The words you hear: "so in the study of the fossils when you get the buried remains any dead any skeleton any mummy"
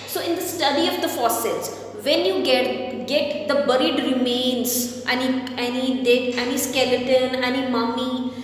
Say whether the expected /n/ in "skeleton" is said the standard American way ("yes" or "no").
yes